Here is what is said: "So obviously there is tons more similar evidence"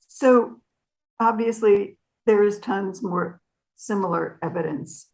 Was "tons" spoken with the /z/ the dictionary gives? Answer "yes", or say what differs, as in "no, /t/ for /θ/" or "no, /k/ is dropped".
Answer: yes